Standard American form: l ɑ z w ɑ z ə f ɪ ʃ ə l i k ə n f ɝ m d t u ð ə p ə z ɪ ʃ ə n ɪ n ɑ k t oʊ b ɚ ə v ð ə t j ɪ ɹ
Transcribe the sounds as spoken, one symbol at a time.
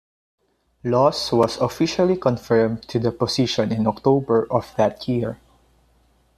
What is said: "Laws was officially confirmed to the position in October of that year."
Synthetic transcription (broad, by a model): l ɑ s w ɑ s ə f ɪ ʃ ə l i k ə n f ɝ m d t u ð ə p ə s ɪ ʃ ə n ɪ n ɑ k t oʊ b ɚ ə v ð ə t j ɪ ɹ